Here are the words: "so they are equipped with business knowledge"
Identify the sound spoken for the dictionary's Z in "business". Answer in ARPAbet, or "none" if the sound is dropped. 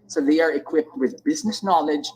Z